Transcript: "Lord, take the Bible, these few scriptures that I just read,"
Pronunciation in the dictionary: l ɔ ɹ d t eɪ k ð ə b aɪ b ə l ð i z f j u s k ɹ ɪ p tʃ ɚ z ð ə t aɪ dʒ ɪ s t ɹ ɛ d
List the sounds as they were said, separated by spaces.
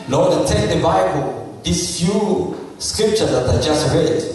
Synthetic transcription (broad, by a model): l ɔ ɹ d t eɪ k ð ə b aɪ b ə l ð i s f j u s k ɹ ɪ p tʃ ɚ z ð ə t aɪ dʒ ɪ s t ɹ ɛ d